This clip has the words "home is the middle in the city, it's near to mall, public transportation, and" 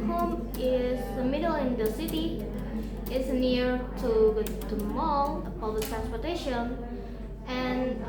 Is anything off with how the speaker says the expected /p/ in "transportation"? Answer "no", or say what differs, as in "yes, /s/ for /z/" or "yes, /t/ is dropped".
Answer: no